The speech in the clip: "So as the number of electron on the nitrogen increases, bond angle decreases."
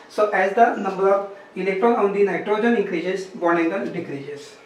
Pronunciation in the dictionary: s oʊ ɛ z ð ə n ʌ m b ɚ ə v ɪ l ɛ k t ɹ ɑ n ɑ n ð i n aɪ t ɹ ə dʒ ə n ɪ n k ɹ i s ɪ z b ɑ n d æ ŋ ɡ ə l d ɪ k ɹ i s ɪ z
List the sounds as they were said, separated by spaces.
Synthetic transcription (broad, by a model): s oʊ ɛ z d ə n ʌ m b ɚ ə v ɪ l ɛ k t ɹ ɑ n ɑ n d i n aɪ t ɹ ə dʒ ə n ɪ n k ɹ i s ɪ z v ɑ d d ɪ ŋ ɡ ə n d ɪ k ɹ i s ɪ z